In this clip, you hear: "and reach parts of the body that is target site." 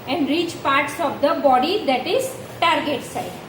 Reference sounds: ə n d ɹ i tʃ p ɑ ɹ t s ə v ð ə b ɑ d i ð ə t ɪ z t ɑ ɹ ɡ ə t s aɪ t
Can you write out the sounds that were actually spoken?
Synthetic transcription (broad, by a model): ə n d ɹ i tʃ p ɑ ɹ t s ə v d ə b ɑ d i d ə t ɪ z t ɑ ɹ ɡ ə t s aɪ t